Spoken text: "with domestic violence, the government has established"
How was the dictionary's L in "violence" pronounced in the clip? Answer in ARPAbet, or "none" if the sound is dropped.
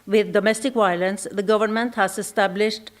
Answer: L